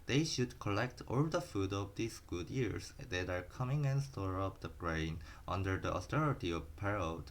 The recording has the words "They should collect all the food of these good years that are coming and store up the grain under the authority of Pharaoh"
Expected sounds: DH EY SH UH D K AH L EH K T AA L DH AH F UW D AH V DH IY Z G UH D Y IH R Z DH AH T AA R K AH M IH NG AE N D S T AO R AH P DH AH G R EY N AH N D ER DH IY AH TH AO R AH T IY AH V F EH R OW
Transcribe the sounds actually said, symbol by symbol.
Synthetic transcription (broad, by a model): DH EY SH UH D K AH L EH K T AA L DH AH F UW D AH V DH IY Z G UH D Y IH R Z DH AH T AA R K AH M IH NG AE N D S T AO R AH P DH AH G R EY N AH N D ER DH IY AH T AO R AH T IY AH V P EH R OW